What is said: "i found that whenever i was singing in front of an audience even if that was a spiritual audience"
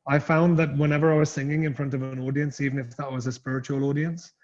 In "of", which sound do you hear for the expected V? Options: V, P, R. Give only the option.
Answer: V